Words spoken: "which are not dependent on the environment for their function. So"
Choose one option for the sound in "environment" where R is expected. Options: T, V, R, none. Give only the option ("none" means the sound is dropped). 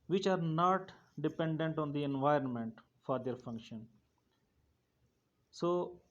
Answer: R